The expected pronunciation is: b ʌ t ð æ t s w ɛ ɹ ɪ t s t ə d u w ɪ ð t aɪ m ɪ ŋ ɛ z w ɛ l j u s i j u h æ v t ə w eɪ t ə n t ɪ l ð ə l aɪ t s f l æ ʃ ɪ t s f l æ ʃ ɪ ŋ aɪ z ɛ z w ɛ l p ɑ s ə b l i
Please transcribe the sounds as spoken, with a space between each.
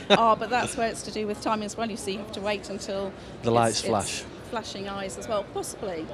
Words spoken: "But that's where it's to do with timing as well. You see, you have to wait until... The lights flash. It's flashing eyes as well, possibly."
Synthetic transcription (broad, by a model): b ʌ t ð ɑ t s w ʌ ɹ ɪ t s t ə d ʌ w ɪ ð t aɪ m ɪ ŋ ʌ z w ɛ l j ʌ s i j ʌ h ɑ f t ə w eɪ t ə n t ɪ l ð ə l aɪ t s f l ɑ ʃ f l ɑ ʃ ɪ ŋ aɪ z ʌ z w ɛ l p ɑ s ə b l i